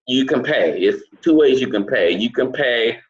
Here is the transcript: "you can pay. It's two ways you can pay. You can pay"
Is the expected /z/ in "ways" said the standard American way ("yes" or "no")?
yes